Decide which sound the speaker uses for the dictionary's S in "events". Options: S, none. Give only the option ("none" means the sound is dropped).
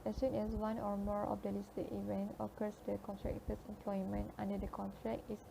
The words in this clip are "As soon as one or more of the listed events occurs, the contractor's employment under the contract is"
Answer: none